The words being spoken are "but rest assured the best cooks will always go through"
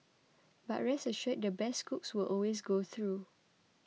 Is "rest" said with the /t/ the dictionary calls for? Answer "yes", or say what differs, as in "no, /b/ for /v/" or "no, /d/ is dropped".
no, /t/ is dropped